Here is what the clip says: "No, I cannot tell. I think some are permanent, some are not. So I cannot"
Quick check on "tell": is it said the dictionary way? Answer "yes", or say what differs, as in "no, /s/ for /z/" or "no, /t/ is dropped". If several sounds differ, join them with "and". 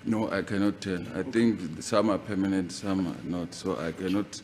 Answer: no, /n/ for /l/